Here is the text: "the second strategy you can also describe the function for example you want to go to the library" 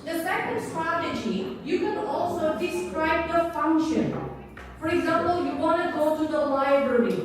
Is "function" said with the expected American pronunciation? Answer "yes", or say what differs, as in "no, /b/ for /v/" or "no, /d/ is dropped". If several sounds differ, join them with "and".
yes